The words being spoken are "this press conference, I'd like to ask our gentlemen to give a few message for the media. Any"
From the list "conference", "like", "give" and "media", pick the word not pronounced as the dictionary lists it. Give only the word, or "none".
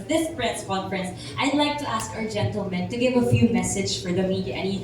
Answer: conference